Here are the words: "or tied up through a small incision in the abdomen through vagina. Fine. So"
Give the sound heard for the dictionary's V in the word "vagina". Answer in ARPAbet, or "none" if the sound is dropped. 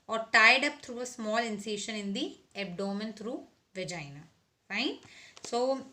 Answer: V